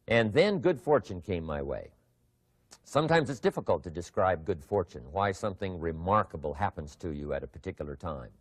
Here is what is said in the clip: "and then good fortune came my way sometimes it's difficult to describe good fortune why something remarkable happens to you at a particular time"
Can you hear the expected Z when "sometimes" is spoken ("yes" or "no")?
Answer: yes